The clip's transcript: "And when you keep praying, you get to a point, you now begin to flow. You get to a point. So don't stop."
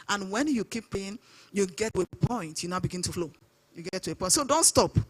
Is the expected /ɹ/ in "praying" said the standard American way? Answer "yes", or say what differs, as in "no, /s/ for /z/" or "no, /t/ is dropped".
no, /ɹ/ is dropped